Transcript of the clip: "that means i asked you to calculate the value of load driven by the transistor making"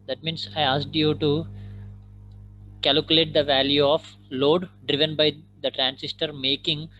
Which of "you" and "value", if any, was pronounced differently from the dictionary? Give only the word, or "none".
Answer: none